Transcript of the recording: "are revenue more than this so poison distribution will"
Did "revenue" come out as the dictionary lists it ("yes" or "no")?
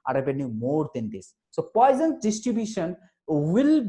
no